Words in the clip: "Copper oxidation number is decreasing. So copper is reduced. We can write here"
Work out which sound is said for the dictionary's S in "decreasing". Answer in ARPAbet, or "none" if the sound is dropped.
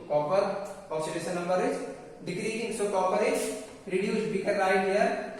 none